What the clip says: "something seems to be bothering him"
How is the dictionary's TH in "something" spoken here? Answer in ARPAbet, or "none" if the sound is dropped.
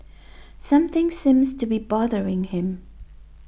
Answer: TH